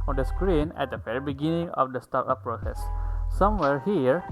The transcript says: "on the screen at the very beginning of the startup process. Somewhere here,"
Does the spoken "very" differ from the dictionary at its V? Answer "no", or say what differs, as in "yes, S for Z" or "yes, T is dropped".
yes, F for V